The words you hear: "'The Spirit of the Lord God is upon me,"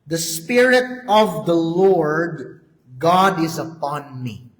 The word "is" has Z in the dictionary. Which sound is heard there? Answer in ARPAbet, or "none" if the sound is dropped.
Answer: Z